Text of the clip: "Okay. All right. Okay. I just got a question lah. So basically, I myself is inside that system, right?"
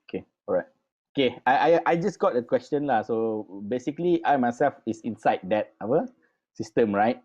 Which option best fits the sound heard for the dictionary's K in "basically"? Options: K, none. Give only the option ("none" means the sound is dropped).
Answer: K